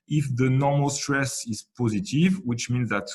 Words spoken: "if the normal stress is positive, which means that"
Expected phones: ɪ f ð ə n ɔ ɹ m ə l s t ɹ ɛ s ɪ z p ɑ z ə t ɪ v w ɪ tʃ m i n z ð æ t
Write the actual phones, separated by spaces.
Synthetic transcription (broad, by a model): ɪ f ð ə n ɔ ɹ m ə l s t ɹ ɛ s ɪ z p ɑ z ə t ɪ v w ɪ tʃ m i n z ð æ t